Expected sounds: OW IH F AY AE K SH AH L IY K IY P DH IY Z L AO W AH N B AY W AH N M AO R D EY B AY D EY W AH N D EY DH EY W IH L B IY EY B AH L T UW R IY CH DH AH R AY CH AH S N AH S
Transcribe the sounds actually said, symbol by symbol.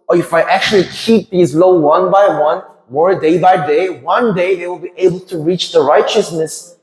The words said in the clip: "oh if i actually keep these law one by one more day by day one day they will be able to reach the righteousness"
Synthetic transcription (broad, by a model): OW IH F AY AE K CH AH L IY K IY P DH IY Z L AO W AH N B AY W AH N M AO R D EY B AY D EY W AH N D EY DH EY W IH L B IY EY B AH L T UW R IY CH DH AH R AY CH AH S N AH S